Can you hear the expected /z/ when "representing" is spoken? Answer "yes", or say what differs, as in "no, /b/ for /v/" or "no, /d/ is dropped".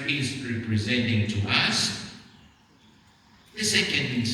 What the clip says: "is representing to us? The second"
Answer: yes